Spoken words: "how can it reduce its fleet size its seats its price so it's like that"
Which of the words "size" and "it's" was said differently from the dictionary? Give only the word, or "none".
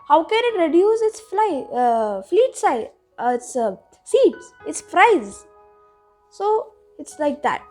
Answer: size